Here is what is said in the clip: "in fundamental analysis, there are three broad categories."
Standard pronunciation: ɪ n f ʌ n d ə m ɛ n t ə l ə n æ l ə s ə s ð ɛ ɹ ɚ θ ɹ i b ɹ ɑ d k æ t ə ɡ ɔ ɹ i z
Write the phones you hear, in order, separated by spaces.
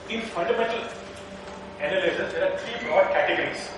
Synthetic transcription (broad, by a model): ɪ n f ʌ n d ə m ɛ n t ə l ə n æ l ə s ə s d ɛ ɹ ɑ t ɹ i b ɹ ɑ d k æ t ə ɡ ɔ ɹ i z